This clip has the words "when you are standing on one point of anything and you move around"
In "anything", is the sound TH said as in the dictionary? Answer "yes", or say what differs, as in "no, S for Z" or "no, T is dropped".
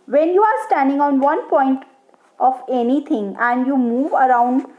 no, T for TH